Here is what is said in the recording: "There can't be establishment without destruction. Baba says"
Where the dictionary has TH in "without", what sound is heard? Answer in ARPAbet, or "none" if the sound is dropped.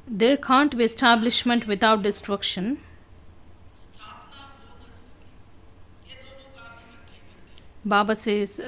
T